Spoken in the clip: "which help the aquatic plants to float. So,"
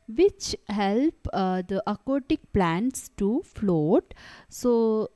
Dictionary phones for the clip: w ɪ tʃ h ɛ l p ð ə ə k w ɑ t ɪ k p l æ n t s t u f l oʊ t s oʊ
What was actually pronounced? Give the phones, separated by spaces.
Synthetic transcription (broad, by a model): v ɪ tʃ h ɛ l p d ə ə k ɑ t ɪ k p l æ n t s t u f l oʊ t s oʊ